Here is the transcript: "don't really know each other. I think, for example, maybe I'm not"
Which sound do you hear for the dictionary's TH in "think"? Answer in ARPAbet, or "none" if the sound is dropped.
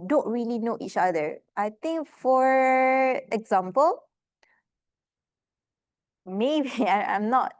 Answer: T